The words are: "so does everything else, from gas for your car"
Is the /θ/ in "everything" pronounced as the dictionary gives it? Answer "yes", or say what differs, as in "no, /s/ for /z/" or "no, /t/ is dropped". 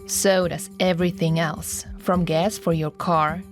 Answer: yes